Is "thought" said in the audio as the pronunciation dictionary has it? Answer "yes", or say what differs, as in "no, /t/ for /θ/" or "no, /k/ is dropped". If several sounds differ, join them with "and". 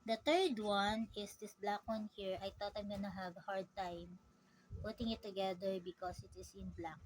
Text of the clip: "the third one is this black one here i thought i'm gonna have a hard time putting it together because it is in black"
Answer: no, /t/ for /θ/